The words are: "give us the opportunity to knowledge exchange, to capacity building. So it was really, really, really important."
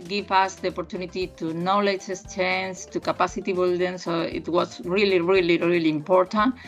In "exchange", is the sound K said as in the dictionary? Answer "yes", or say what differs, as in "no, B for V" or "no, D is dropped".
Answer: no, K is dropped